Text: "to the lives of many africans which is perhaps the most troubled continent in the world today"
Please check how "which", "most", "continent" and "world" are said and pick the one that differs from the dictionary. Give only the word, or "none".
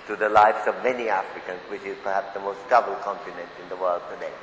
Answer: none